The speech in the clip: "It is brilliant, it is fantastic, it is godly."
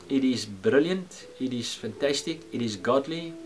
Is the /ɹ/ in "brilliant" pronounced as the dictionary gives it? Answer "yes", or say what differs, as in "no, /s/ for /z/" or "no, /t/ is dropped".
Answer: yes